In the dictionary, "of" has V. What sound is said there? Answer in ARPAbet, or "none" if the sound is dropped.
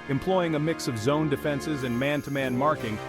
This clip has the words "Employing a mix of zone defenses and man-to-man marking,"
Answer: V